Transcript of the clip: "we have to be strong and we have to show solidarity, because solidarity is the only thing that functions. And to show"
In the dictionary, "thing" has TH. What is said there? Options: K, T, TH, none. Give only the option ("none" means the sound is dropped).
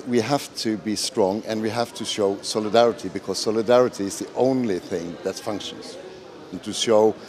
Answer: TH